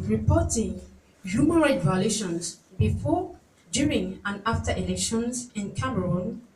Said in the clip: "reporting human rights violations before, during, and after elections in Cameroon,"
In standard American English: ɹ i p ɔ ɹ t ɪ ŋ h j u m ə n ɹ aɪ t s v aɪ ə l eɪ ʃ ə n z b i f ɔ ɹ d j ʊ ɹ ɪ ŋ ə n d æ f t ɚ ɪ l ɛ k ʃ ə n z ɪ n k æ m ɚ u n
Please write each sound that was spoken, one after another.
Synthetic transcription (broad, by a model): ɹ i p ɔ t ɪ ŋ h j u m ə n ɹ aɪ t v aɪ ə l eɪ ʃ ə n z b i f ɔ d j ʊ ɹ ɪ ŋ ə n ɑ f t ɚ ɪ l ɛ k ʃ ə n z ɪ n k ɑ m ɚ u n